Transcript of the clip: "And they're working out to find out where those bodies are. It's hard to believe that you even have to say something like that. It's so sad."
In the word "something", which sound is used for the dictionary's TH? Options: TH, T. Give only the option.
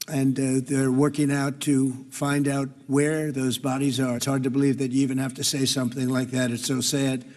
TH